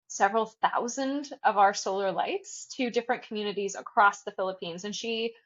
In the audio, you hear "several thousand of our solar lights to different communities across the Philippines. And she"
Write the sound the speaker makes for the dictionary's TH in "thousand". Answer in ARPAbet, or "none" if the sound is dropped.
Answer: TH